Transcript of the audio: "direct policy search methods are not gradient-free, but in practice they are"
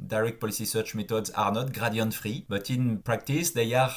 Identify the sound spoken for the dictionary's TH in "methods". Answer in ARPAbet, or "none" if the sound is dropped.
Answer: T